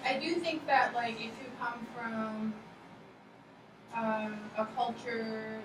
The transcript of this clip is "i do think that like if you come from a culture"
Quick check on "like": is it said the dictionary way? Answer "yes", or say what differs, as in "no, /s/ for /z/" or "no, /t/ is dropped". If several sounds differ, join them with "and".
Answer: yes